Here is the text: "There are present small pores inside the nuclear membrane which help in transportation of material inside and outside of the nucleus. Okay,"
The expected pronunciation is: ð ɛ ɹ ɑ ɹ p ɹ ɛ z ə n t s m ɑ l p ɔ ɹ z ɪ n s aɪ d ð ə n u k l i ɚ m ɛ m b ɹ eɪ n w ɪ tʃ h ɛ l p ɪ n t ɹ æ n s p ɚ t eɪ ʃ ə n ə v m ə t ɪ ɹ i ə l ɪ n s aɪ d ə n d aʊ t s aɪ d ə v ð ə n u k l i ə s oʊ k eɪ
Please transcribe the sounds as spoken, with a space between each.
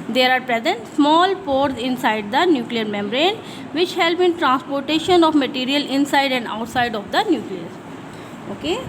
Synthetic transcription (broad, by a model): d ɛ ɹ ɑ ɹ p ɹ ɛ z ə n t s m ɑ l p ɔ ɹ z ɪ n s aɪ d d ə n u k l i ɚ m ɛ m ɹ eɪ n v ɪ tʃ h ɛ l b ɪ n t ɹ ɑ n s p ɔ t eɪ ʃ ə n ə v m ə t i ɹ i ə l ɪ n s aɪ d ə n d aʊ t s aɪ d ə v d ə n u k l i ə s oʊ k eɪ